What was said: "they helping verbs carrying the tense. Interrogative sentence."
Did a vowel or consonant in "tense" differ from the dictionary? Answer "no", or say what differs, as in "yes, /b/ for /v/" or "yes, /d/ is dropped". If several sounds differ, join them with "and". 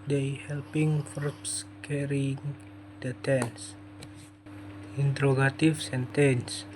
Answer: no